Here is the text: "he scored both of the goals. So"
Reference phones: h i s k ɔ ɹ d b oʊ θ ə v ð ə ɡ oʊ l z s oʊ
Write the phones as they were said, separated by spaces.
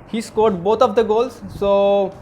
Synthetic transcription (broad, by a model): h i s k ɔ ɹ d b oʊ t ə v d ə ɡ oʊ l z s oʊ